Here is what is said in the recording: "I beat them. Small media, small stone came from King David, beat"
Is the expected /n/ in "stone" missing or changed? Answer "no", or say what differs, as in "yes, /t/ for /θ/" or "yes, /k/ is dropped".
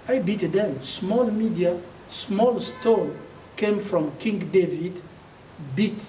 yes, /l/ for /n/